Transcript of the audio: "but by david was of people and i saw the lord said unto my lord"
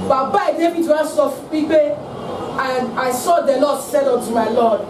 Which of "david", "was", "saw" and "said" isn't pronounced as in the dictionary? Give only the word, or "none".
was